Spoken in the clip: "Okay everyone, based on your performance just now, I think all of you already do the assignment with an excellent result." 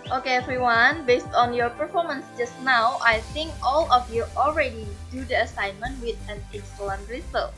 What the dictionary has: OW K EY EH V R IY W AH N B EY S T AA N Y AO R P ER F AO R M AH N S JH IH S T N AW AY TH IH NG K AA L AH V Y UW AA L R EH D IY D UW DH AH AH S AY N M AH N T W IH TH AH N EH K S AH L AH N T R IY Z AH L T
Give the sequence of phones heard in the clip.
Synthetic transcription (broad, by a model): OW K EY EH F R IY W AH N B EY S T AA N Y AO R P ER F AO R M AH N S JH IH S T N AW AY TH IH NG K AA L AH F Y UW AA L R EH D IY D UW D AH AH S AY N M AH N T W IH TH AH N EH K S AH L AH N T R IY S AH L